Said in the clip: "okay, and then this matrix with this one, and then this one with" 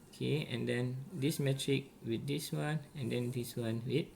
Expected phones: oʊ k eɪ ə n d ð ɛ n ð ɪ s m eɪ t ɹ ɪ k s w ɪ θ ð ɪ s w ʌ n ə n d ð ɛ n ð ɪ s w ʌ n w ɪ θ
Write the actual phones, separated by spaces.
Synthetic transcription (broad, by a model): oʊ k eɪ ə n d ɛ n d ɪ s m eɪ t ɹ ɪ k w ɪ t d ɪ s w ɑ n ə n d ɛ n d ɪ s w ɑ n w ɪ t